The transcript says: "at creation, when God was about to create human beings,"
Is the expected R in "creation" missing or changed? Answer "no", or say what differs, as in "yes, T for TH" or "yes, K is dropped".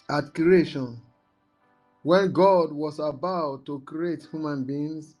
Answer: yes, R is dropped